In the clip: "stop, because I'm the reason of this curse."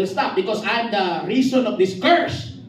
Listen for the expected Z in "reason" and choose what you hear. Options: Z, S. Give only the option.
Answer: S